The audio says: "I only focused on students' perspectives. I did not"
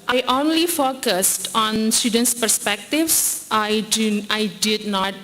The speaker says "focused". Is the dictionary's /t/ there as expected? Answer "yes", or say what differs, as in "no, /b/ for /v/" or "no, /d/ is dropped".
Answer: yes